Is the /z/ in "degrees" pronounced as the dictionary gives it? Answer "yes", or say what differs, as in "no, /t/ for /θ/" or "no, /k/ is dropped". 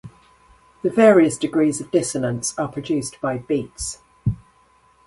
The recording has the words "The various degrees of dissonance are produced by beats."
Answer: yes